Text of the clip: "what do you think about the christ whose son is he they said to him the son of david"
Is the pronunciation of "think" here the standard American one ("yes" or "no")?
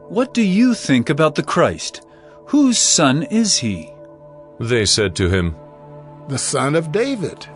yes